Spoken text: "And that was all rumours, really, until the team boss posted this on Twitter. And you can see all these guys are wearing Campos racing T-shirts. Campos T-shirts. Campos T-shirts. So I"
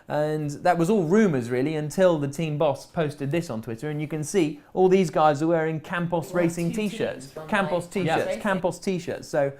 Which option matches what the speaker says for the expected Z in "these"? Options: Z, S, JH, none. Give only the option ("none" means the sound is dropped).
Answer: Z